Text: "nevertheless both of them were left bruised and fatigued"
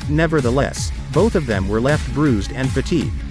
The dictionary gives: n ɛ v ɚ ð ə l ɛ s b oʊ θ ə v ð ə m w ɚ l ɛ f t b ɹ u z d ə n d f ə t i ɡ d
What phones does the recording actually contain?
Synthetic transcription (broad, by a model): n ɛ v ɚ ð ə l ɛ s b oʊ θ ə v ð ə m w ɚ l ɛ f t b ɹ u z d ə n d f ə t i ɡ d